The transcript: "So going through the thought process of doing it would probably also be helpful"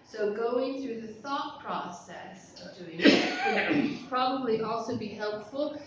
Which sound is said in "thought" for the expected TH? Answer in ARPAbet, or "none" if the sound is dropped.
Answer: TH